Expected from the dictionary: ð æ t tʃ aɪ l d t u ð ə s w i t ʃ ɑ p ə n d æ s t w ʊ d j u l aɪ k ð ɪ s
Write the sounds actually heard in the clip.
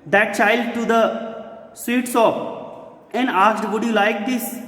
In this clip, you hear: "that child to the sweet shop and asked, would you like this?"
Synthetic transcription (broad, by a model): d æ t tʃ aɪ l d t u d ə s w i t s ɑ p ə n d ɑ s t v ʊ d j u l aɪ k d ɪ s